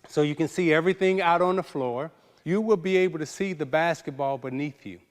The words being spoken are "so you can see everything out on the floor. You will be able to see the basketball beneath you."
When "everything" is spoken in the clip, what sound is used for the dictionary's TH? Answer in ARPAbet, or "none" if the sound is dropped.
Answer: TH